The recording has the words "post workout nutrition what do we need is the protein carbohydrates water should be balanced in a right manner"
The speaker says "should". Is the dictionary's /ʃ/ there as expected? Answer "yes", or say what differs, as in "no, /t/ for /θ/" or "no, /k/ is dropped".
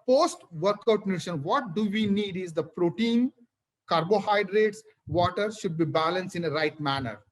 yes